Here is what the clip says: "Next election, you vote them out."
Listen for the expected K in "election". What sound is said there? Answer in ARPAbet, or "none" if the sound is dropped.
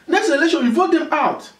none